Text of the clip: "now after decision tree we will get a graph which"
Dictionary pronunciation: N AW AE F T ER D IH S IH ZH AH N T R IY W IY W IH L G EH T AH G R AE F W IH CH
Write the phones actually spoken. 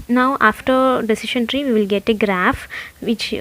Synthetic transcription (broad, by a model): N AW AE F T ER D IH S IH SH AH N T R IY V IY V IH L G EH T AH G R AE F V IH CH